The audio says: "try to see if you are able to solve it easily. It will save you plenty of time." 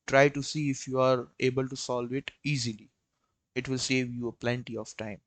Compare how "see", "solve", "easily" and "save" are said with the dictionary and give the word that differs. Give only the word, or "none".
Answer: none